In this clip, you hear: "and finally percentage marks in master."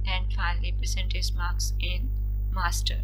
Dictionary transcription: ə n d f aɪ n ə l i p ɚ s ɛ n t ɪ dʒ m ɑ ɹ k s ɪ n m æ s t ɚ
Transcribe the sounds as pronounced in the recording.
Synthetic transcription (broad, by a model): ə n d f aɪ n ə l i p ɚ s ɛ n t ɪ z m ɑ ɹ k s ɪ n m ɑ s t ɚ